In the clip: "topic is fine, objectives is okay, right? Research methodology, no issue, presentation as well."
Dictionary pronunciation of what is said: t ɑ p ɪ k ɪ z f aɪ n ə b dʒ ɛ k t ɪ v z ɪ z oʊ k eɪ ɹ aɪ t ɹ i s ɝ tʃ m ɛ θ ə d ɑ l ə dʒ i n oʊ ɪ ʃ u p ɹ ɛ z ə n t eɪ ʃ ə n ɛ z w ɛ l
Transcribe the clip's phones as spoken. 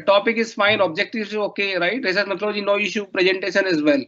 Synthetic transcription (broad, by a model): t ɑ p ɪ k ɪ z f aɪ n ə b dʒ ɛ k t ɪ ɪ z oʊ k eɪ ɹ aɪ t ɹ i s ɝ s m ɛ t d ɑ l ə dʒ i n oʊ ɪ ʃ u p ɹ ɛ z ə n t eɪ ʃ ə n ɛ z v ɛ l